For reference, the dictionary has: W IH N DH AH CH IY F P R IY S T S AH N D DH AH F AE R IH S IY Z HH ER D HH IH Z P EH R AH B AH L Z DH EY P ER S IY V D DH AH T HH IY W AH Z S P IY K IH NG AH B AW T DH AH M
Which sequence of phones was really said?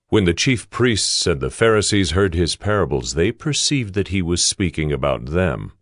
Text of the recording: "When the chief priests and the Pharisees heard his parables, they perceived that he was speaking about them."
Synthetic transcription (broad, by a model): W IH N DH AH CH IY F P R IY S T S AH N DH AH F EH R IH S IY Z HH ER D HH IH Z P EH R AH B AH L Z DH EY P ER S IY V D DH AH T HH IY W AH Z S P IY K IH NG AH B AW T DH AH M